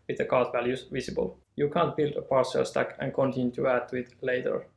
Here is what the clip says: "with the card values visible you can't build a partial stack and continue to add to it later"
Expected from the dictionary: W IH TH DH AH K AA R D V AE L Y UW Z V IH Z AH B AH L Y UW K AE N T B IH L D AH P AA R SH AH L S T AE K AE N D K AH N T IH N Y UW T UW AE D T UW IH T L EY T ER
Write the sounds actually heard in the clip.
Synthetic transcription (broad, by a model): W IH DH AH K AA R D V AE L Y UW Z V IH S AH B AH L Y UW K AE N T B IH L D AH P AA R S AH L S T AE K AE N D K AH N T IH N Y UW T UW AE D T UW IH T L EY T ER